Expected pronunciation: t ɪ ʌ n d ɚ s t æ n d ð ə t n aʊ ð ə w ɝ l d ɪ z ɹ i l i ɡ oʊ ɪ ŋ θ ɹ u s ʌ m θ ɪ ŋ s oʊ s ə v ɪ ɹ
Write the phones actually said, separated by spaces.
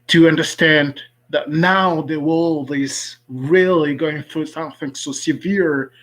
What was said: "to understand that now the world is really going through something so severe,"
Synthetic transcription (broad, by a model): t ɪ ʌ n d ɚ s t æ n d ð ə t n aʊ ð ə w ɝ l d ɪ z ɹ i l i ɡ oʊ ɪ ŋ θ ɹ u s ʌ m θ ɪ ŋ s oʊ s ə v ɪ ɹ